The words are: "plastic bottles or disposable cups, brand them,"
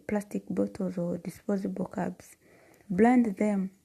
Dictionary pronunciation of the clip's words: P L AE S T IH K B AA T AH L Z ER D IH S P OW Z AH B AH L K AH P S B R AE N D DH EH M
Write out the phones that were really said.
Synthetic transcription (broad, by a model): P L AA S T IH K B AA T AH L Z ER D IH S P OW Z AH B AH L K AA B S B L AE N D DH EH M